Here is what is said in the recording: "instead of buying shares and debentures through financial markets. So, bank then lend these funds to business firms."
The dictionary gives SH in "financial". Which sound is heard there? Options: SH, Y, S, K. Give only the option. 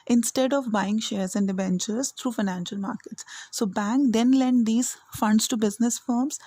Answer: SH